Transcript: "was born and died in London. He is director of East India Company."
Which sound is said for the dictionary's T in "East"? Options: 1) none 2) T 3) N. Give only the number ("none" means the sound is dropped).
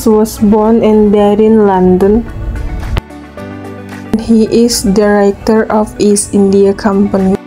1